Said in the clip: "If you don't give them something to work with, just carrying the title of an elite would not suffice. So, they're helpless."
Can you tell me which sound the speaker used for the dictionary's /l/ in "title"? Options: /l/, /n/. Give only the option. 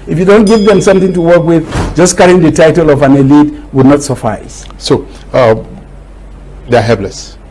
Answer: /l/